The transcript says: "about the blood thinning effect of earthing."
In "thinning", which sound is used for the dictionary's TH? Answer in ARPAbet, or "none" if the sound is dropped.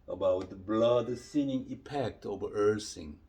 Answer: S